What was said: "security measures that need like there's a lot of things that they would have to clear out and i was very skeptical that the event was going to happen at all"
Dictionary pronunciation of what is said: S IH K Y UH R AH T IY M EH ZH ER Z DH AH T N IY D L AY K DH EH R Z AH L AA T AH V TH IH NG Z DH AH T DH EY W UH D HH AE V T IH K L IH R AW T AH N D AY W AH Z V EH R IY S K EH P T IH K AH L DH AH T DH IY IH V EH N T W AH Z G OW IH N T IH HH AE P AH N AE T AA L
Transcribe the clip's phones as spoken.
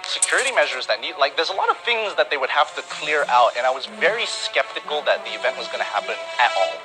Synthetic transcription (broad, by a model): S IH K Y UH R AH T IY M EH ZH ER Z DH AH T N IY D L AY K DH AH R Z AH L AA T AH V TH IH NG Z DH AH T DH EY W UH D HH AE F T IH K L IH R AW T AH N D AY W AH Z V EH R IY S K EH P T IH K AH L DH AH T DH IY IH V EH N T W AH Z G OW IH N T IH HH AE P AH N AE T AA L